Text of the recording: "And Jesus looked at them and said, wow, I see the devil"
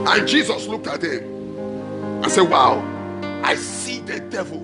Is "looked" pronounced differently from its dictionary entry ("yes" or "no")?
no